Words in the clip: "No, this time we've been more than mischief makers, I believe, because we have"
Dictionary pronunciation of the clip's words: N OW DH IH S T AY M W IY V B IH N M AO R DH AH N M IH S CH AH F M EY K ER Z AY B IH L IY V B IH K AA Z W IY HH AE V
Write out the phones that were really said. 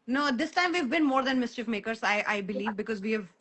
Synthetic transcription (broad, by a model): N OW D IH S T AY M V IY V B IH N M AO R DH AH N M IH S CH AH F M EY K ER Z AY B IH L IY V B IH K AA Z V IY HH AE V